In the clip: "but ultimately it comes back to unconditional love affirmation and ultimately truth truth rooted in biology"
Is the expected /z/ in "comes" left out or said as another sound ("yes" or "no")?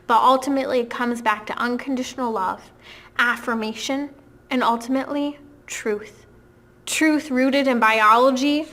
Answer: no